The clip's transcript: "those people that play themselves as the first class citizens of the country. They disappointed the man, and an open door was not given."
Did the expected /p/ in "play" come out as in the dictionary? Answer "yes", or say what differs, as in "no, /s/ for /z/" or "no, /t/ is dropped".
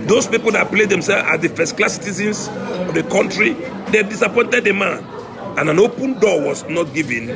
yes